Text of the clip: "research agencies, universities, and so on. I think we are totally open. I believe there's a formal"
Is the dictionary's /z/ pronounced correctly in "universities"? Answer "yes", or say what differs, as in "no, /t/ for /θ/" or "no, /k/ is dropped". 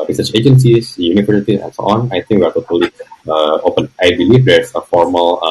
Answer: no, /z/ is dropped